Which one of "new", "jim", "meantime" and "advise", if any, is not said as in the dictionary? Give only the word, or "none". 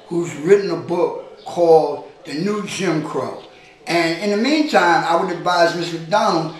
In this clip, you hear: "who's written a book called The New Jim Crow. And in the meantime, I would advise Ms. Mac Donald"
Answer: none